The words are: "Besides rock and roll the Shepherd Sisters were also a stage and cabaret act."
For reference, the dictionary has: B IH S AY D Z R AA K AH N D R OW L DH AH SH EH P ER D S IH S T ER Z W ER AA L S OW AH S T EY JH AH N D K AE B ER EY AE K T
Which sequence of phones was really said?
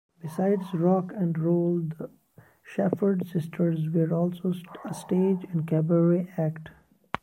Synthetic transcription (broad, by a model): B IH S AY D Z R AA K AH N D R OW L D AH SH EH F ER D S IH S T ER Z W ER AA L S OW AH S T EY JH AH N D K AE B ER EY AE K T